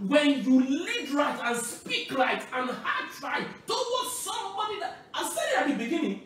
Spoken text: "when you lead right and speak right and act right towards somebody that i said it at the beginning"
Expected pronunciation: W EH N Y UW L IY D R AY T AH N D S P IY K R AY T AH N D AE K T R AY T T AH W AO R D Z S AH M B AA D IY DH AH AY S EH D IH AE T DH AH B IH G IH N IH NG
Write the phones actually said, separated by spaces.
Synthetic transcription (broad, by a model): W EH N Y UW L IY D R AY T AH N S P IY K L AY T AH N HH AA T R AY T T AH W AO S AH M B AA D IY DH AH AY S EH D IH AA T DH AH B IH G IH N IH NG